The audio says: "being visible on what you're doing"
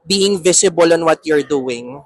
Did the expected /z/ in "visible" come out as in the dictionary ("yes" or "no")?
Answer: no